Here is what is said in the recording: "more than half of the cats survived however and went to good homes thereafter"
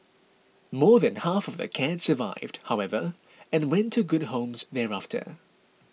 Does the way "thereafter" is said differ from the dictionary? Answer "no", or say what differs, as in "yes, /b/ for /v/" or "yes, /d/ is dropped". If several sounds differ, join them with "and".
no